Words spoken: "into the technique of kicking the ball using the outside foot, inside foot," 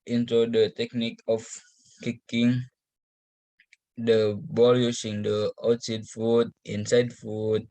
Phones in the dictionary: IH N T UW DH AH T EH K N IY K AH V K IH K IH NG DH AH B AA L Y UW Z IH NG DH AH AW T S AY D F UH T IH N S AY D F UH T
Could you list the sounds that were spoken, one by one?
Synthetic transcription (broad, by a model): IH N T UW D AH T EH K N IY K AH F K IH K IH NG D AH B AA L Y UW S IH NG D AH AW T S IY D F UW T IH N S AY D F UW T